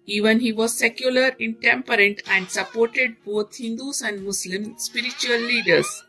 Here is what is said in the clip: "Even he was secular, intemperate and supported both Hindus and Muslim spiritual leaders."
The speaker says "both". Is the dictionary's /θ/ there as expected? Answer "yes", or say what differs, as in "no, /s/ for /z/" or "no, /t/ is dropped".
no, /t/ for /θ/